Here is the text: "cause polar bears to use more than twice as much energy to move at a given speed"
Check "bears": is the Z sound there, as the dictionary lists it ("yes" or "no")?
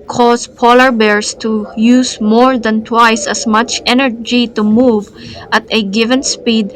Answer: no